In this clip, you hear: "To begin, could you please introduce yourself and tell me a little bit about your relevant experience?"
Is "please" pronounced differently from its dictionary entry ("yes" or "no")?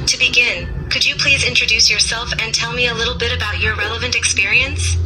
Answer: no